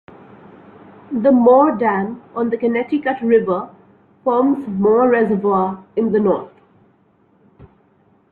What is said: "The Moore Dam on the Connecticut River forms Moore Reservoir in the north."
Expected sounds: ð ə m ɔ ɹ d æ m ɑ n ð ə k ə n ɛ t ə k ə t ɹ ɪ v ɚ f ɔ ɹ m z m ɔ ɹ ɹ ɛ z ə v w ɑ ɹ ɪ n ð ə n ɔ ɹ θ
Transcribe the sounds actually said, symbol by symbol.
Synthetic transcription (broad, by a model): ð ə m ɔ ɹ d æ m ɑ n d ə k ə n ɛ t ə k ə t ɹ ɪ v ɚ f ɔ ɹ m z m ɔ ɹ ɹ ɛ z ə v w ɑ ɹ ɪ n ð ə n ɔ ɹ t